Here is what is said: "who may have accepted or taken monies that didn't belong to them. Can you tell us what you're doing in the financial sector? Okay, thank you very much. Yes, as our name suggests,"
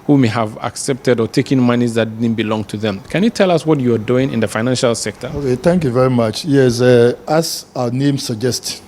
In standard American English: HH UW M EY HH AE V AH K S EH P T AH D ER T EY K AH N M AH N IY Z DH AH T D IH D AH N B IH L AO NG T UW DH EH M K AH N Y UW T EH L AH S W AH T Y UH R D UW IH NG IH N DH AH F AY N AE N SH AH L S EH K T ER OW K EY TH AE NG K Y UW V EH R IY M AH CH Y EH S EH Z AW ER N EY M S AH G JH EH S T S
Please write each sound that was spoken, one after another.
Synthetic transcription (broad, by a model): HH UW M EY HH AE V AH K S EH P T AH D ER T EY K AH N M AH N IY Z DH AH T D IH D N B IH L AO NG T UW DH EH M K AH N Y UW T EH L AH S W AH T Y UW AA D UW IH NG IH N DH AH F AY N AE N SH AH L S EH K T ER OW K EY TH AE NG K Y UW V EH R IY M AH CH Y EH S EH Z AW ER N EY M S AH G JH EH S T